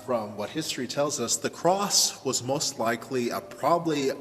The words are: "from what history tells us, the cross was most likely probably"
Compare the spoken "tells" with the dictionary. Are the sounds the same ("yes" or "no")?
yes